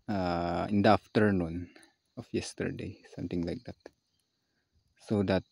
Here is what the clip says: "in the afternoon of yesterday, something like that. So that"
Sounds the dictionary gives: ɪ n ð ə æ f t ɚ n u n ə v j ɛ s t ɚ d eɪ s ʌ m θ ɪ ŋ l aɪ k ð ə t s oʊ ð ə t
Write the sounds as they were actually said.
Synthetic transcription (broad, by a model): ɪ n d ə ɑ f t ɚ n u n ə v j ɛ s t ɚ d eɪ s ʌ m t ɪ ŋ l aɪ k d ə t s oʊ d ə t